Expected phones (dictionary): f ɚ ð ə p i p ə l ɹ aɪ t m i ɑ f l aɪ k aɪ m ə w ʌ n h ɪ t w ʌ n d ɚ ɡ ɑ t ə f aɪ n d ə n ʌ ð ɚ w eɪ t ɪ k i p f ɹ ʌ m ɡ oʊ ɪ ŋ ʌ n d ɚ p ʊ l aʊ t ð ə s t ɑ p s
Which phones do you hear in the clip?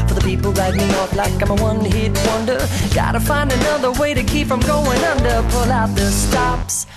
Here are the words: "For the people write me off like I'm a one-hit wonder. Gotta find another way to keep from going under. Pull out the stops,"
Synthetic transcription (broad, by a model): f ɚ ð ə p i p l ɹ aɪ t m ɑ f l aɪ k aɪ m ə w ʌ n h ɪ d w ʌ n d ɚ ɡ ɑ t ə f aɪ n d ə n ʌ ð ɚ w eɪ t ɪ k i p f ɹ ʌ m ɡ oʊ ɪ ŋ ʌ n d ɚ p ʊ l aʊ t ð ə s t ɑ p s